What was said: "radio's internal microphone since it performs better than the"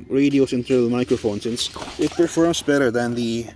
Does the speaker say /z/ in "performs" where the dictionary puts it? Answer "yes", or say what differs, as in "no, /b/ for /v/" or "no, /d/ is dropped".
no, /s/ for /z/